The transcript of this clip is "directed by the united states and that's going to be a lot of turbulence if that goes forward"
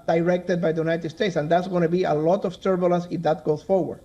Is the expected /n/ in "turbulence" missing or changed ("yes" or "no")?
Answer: yes